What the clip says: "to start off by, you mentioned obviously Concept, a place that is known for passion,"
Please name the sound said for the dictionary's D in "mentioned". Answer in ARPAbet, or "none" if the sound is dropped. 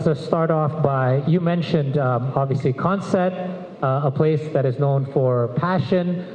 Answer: D